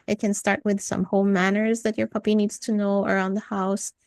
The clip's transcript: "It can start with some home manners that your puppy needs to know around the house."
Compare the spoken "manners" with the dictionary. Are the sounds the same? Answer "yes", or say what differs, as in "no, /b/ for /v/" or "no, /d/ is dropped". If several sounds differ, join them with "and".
yes